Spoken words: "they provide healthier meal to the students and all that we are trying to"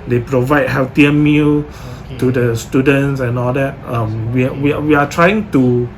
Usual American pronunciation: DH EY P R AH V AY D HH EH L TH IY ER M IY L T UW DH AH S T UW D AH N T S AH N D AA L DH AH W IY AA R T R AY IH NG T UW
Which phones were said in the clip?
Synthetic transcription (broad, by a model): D EY P R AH V AY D HH EH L T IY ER M IY L T UW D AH S T UW D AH N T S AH N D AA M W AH W IY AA W T R AY IH NG T UW